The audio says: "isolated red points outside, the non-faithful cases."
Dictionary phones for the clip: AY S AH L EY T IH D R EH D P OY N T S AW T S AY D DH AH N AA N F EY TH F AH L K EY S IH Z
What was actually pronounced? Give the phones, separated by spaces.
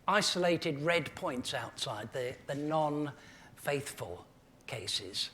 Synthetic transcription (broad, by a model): AY S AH L EY T IH D R EH D P OY N T S AW T S AY D DH AH N AA N F EY TH F AH L K EY S IH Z